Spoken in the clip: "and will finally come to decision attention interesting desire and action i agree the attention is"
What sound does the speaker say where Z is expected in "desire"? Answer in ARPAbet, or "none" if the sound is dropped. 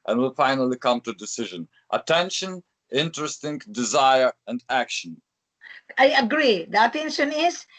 Z